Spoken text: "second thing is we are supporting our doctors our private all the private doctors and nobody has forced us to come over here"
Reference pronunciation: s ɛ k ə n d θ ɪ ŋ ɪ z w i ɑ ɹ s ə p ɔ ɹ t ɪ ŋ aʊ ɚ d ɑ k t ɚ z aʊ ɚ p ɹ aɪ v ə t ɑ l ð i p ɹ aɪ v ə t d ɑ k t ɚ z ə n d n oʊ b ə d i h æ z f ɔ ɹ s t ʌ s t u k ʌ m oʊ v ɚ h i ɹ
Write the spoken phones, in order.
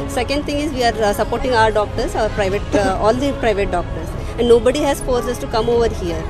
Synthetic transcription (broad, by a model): s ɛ k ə n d t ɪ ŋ ɪ z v i ɑ ɹ s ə p ɔ ɹ t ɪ ŋ aʊ ɚ d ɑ k t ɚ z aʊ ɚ p ɹ aɪ v ə t ɑ l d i p ɹ aɪ v ə t d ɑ k t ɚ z ə n d n oʊ b ə d i h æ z f ɔ ɹ s ʌ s t u k ʌ m oʊ v ɚ h i ɹ